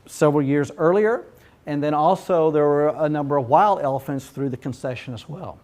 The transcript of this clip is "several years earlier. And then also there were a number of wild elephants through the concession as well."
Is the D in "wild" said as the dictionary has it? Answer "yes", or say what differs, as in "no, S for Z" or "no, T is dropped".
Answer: yes